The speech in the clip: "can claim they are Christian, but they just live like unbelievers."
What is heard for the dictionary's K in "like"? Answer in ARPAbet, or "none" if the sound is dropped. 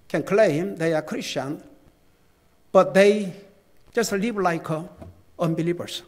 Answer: K